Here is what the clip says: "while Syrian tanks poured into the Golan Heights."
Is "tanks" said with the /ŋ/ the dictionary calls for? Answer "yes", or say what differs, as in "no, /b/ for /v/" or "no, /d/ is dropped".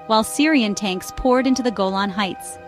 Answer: yes